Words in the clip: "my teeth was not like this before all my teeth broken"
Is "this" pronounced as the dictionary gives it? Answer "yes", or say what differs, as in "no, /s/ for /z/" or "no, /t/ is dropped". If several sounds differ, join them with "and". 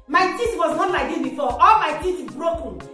no, /s/ is dropped